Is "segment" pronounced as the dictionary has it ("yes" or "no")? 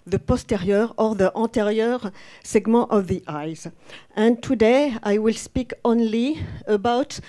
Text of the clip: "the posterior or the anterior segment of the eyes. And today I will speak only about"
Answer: no